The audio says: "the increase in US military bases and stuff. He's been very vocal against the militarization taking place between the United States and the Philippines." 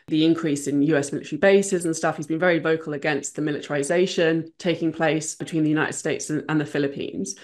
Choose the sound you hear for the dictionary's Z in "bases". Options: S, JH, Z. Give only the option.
Z